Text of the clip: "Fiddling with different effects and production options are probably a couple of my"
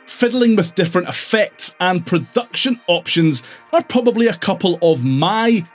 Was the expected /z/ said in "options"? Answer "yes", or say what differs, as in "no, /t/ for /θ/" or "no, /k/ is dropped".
yes